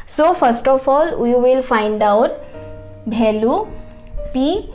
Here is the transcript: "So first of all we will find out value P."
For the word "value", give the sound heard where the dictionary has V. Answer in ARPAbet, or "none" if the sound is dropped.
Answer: B